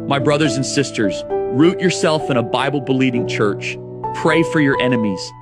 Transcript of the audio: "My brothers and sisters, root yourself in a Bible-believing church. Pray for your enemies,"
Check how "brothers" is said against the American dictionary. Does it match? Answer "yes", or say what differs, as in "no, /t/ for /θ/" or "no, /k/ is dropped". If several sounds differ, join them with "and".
yes